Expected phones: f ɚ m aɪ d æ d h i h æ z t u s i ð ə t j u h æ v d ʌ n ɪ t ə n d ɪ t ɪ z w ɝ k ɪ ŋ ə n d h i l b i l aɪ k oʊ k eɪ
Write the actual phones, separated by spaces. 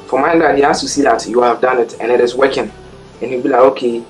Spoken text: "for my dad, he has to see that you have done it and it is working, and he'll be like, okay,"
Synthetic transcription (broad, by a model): f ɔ m aɪ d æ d h i h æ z t u s i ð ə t j u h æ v d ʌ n ɪ t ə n ɪ t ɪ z w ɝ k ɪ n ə n h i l b i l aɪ oʊ k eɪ